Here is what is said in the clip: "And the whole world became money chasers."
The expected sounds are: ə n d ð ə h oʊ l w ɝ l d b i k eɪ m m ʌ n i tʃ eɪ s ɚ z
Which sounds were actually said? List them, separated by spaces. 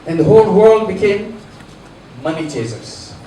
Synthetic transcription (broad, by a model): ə n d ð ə h oʊ l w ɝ l d b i k eɪ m m ʌ n i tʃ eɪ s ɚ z